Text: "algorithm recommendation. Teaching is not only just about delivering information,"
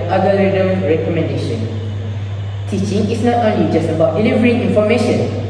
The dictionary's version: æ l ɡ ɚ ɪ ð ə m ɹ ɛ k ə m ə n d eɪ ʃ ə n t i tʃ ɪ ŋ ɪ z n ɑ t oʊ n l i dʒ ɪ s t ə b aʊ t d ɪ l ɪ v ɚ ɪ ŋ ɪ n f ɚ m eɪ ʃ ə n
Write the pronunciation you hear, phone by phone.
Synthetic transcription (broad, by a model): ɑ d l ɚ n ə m ɹ ɛ k ə m ə n d eɪ ʃ ə n t i tʃ ɪ ŋ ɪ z n ɑ t oʊ n l i dʒ ɪ s t ə b aʊ t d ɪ l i v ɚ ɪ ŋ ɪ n f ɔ m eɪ ʃ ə n